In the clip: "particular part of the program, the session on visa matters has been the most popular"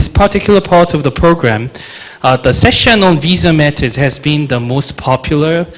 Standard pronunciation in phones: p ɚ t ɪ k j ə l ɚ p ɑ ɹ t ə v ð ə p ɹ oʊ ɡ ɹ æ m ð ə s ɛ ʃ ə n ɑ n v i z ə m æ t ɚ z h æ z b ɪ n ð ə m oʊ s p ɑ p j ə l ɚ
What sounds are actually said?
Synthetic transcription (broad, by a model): p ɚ t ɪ k j l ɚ p ɑ ɹ t ə v ð ə p ɹ oʊ ɡ ɹ æ m ð ə s ɛ ʃ ə n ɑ n v i z ə m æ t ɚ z h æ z b ɪ n ð ə m oʊ s p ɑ p j l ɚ